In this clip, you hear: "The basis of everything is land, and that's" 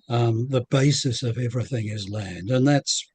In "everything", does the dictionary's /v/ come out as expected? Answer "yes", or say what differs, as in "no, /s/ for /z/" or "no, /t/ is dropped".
yes